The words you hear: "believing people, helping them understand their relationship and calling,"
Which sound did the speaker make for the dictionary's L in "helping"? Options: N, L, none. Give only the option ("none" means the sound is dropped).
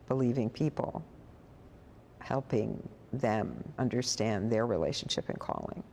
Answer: L